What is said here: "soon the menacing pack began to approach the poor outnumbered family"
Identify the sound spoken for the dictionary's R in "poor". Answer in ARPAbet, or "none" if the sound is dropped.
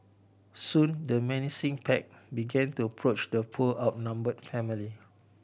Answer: L